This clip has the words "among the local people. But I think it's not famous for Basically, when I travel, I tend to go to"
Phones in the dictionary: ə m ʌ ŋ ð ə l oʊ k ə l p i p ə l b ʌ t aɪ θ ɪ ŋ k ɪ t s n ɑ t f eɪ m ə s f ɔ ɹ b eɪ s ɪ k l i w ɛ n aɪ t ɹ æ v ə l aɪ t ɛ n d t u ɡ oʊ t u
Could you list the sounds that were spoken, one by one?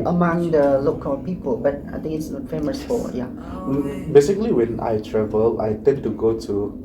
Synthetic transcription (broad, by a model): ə m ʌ ŋ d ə l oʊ k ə p i p ə l b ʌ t aɪ t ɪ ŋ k ɪ t s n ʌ f eɪ m ə s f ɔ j b eɪ s ɪ k l i w ɛ n aɪ t ɹ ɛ v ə l aɪ t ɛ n t u ɡ oʊ t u